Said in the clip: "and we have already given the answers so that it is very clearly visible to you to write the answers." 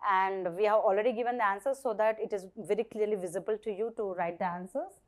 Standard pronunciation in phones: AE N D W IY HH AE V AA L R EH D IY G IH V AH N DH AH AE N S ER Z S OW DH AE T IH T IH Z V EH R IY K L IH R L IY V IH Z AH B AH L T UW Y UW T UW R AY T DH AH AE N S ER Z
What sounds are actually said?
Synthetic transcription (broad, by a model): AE N D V IY HH AE V AA L R EH D IY G IH V AH N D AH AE N S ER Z S OW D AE T IH T IH Z V EH R IY K L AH R L IY V IH Z AH B AH L T UW Y UW T UW R AY T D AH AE N S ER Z